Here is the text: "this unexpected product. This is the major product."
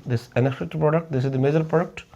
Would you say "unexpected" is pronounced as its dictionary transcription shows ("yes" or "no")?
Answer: no